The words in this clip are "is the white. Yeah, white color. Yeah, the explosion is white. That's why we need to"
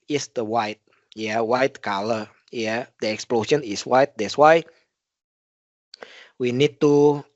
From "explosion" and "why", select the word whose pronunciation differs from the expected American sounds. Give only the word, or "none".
explosion